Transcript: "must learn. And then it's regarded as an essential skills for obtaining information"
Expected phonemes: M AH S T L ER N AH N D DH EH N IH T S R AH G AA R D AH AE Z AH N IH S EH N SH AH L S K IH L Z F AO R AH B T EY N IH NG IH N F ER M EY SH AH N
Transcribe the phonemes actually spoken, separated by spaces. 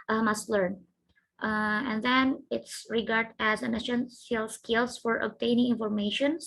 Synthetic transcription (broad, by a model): M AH S T L ER N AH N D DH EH N IH T S R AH G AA R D AE Z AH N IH SH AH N S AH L S K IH L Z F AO R AH B T EY N IH NG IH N F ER M EY SH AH N